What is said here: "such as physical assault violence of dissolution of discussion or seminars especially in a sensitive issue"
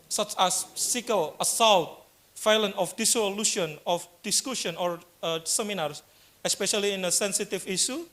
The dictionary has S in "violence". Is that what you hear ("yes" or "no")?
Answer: no